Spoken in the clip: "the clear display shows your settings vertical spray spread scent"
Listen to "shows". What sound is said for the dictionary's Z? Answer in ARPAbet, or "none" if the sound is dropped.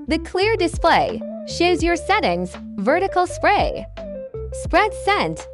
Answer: Z